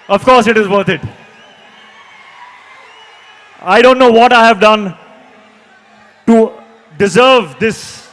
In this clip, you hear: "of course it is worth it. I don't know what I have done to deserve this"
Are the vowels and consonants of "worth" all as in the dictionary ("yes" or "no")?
no